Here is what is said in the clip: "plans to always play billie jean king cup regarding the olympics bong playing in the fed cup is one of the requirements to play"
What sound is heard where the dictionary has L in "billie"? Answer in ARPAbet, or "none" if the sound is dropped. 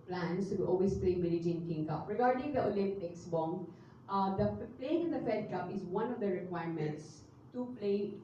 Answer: N